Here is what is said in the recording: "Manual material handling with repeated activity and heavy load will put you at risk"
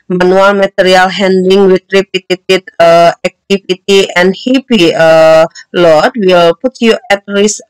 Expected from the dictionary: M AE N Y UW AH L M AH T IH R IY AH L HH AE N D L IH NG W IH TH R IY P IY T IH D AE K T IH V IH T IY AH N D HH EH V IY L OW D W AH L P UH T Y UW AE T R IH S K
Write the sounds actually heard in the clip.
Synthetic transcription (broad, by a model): M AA N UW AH L M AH T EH R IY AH L HH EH N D IH NG W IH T R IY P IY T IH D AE K T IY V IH T IY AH N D HH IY P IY L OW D W AH L P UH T Y UW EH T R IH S